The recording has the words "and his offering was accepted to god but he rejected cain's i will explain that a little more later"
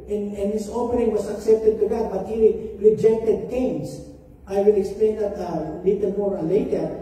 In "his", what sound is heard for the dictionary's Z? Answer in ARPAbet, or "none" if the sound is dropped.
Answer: S